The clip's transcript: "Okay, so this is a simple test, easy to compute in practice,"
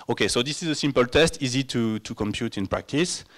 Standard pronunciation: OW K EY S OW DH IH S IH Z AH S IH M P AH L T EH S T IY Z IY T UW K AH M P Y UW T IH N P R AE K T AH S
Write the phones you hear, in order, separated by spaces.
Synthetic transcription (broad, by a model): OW K EY S OW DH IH S IH Z AH S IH M P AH L T EH S T IY Z IY T UW K AH M P Y UW T IH N P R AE K T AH S